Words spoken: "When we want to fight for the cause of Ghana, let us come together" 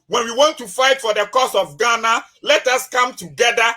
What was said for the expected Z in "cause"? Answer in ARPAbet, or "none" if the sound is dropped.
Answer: S